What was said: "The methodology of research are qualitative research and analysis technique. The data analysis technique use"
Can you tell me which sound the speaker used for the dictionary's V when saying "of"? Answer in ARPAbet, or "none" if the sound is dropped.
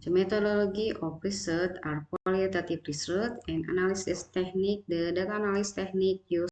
P